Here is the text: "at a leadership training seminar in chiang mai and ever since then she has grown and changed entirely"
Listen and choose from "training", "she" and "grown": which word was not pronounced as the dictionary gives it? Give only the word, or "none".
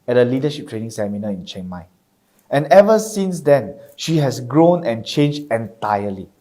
none